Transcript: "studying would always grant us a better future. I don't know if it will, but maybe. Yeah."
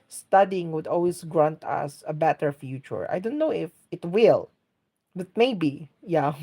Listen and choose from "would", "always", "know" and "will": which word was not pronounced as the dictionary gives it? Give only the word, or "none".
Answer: always